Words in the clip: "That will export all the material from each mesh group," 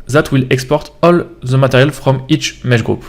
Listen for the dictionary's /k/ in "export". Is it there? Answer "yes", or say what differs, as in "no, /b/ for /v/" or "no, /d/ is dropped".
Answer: yes